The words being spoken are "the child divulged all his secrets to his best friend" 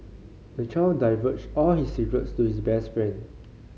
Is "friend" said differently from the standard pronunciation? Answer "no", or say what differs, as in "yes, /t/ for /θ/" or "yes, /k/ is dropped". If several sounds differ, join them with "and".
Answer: no